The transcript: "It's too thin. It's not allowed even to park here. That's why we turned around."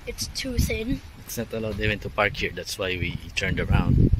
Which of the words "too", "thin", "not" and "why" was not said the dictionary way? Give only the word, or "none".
thin